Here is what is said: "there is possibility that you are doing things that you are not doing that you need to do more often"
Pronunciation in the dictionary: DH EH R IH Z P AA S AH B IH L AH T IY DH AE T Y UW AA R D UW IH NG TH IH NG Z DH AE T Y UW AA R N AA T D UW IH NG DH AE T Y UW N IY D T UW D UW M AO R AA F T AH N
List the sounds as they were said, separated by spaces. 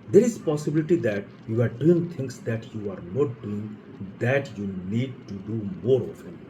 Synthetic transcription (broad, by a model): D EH R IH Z P AA S AH B IH L AH T IY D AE T Y UW AA R D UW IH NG T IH NG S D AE T Y UW AA R N AA T D UW IH NG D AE T Y UW N IY D T UW D UW M AO R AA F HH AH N